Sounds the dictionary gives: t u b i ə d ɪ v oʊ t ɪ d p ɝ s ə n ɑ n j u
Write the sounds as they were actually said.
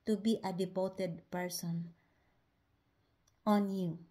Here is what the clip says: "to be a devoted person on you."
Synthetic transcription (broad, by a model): t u b i ə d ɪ p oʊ t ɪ d p ɝ s ə n ɑ n j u